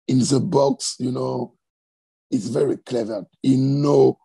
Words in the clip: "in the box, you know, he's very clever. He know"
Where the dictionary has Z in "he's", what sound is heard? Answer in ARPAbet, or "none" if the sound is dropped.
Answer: S